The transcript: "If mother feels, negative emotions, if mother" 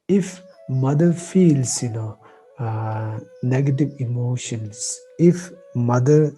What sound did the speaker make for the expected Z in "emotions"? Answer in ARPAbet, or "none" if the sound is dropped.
S